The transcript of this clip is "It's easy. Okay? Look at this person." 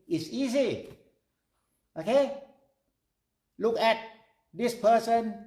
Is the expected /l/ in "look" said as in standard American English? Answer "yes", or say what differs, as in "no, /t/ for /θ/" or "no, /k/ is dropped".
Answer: yes